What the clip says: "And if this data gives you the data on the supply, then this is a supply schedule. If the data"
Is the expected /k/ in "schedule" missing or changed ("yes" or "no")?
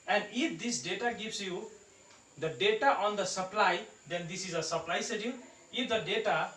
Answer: yes